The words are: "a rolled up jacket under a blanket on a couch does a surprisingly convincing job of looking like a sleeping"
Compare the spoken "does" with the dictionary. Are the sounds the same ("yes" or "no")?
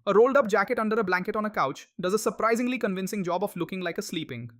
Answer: yes